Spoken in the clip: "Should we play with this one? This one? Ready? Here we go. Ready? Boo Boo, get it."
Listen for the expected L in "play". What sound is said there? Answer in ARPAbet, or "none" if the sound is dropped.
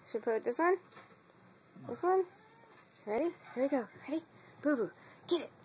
none